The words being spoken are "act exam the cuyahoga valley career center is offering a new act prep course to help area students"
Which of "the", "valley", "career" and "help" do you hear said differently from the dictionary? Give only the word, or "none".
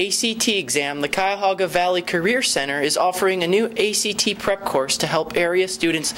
none